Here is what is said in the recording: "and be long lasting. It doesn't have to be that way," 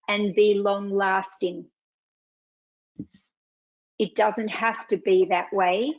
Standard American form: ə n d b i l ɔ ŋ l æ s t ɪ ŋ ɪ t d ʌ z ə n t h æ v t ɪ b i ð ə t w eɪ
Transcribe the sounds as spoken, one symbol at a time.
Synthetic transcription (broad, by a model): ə n b i l ɔ ŋ l æ s t ɪ ŋ ɪ t d ʌ z ə n t h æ f t ɪ b i ð ə t w eɪ